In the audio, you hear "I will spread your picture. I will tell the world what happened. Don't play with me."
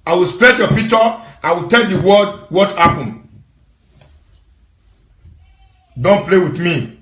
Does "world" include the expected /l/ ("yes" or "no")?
no